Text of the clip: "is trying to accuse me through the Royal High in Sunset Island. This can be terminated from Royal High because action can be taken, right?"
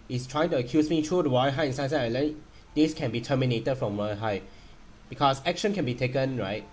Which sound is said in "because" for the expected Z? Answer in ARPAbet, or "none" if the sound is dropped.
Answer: S